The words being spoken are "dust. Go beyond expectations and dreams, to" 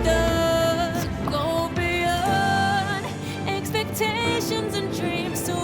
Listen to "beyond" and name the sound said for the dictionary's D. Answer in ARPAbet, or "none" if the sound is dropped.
none